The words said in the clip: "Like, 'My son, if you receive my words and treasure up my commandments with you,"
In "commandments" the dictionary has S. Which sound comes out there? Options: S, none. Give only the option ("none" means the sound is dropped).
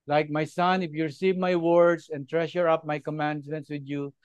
S